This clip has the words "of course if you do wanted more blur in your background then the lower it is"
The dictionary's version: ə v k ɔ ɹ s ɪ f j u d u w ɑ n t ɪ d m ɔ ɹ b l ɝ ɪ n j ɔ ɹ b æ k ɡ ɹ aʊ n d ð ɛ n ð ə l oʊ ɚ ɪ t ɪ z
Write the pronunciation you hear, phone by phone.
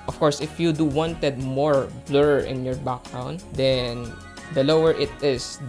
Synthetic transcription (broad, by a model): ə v k ɔ ɹ s ɪ f j u d u w ɑ n t ɪ d m ɔ ɹ b l ɝ ɪ n j ɔ ɹ b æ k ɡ ɹ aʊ n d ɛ n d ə l oʊ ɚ ɪ t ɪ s